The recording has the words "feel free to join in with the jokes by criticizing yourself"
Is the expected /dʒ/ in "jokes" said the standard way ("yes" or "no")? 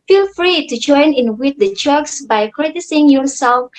no